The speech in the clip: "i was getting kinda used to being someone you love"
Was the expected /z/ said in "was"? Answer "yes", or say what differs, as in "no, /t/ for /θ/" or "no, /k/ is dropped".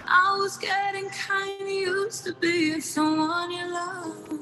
yes